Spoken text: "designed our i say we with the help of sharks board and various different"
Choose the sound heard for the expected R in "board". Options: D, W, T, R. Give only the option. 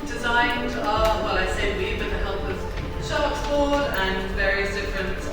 W